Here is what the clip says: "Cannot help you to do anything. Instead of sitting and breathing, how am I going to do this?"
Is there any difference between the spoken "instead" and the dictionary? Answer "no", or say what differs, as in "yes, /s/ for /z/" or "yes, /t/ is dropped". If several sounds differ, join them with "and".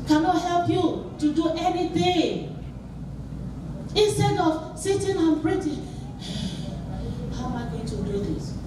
no